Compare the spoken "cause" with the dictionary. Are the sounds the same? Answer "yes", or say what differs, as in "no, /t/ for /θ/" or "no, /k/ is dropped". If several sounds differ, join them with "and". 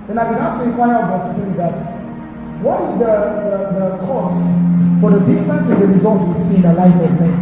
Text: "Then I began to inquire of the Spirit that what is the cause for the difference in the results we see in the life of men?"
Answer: no, /s/ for /z/